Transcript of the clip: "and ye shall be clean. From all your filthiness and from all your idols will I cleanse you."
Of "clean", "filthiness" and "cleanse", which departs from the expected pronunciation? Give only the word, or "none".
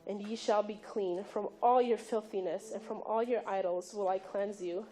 none